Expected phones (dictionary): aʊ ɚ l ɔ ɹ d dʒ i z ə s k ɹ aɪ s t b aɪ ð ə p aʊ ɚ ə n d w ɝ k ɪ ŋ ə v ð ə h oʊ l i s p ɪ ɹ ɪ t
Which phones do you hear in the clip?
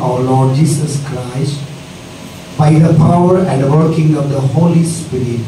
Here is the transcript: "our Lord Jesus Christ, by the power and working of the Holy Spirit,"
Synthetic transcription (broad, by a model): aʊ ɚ l ɔ d dʒ i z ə s k ɹ aɪ s t b aɪ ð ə p aʊ ɚ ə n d w ɝ k ɪ ŋ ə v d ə h oʊ l i s p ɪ ɹ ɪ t